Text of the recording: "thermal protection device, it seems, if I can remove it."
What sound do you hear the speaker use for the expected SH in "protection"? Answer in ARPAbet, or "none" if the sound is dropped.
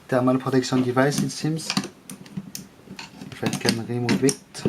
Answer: S